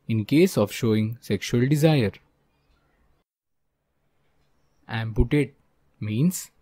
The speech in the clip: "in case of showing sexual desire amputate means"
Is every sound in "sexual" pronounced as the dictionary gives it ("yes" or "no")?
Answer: yes